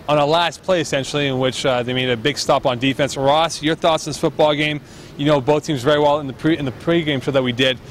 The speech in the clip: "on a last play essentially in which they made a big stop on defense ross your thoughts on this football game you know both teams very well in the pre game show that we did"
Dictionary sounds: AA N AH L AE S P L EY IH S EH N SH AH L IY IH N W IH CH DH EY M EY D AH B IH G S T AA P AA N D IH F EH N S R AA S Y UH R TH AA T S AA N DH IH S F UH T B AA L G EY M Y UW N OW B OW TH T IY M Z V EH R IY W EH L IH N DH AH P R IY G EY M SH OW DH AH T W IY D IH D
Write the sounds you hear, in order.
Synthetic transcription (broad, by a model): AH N AH L AE S P L EY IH S EH N SH L IY IH N W IH CH DH EY M EY D AH B IH G S T AA P N D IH F EH N S R AA S Y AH R TH AA T S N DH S F UH T B AA L G EY M Y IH N OW B OW TH T IY M Z V EH R IY W EH L IH N DH AH P R IY G EY M S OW DH AH T W IY D IH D